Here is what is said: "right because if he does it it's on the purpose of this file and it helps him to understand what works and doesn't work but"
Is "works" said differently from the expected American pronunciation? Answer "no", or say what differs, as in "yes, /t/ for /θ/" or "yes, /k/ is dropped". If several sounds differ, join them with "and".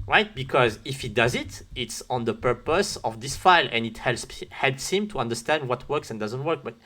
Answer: no